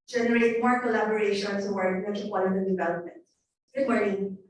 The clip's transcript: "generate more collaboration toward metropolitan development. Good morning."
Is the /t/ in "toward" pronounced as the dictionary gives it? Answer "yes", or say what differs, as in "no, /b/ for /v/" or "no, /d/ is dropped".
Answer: no, /s/ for /t/